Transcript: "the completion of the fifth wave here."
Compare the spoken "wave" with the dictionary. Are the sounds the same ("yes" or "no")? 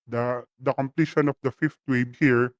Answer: no